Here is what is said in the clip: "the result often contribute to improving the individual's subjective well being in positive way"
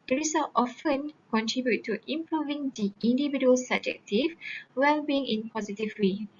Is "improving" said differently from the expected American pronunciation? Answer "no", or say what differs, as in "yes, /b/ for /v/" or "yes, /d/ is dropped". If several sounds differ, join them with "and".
no